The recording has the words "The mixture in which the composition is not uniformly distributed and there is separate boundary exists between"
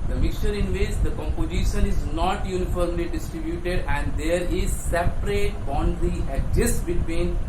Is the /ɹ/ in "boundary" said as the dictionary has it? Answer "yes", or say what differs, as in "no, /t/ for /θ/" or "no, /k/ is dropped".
no, /ɹ/ is dropped